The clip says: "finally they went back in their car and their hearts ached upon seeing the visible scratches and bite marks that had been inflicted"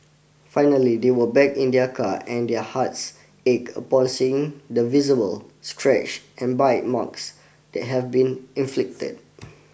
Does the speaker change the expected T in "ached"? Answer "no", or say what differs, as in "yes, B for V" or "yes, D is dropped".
yes, T is dropped